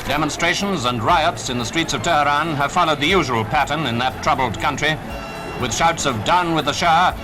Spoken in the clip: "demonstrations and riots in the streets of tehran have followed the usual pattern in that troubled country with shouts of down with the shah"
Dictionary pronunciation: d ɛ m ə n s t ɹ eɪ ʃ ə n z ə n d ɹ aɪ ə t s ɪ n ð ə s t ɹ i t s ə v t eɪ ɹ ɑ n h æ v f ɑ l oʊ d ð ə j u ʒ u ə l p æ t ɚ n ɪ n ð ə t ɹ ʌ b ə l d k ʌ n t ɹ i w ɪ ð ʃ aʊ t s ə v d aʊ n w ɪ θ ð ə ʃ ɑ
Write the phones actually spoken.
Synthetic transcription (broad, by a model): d ɛ m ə n s t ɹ eɪ ʃ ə n z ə n ɹ aɪ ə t s ɪ n ð ə s t ɹ i t s ə v t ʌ ɹ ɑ n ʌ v f ɑ l oʊ d ð ə j u ʒ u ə l p æ t ɚ n ɪ n ð ə t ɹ ʌ b l d k ʌ n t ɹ i w ɪ ð ʃ aʊ t s ə v d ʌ n w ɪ ð ə ʃ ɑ